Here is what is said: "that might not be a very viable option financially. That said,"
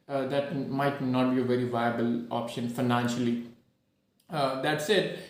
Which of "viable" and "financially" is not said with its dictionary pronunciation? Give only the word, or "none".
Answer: none